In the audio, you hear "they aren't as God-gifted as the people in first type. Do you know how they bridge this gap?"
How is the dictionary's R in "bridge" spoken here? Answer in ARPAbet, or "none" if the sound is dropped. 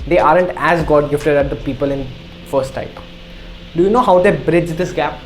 R